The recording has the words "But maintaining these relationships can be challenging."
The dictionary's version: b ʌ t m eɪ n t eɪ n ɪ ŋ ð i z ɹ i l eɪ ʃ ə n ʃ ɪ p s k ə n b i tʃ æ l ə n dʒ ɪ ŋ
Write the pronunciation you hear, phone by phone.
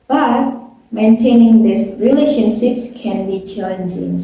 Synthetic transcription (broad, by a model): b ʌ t m eɪ n t eɪ n ɪ ŋ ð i s ɹ i l eɪ ʃ ə n ʃ ɪ p s k ə n b i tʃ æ l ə n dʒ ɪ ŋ